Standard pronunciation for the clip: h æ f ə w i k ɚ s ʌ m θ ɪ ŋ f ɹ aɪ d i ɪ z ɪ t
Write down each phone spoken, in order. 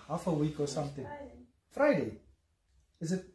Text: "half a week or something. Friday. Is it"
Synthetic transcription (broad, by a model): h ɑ f ə w i k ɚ s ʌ m t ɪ ŋ f ɹ aɪ d i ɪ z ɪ t